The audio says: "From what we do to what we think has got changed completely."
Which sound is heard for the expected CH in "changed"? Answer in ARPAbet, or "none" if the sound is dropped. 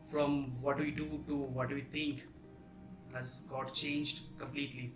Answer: CH